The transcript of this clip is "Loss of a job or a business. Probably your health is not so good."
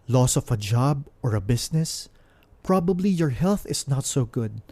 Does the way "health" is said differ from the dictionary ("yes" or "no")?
no